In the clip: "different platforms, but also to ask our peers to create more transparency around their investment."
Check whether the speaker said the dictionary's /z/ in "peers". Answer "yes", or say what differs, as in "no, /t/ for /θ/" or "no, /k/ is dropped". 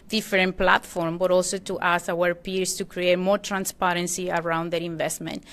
no, /s/ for /z/